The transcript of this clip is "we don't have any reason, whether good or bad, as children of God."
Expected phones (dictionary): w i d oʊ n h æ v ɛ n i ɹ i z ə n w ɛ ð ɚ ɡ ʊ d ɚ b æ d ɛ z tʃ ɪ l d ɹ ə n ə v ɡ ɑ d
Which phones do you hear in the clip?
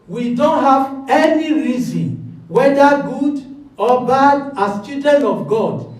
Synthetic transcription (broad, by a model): w i d oʊ n h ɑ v ɛ n i ɹ i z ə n w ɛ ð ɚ ɡ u d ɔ b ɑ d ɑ s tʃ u d ə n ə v ɡ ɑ d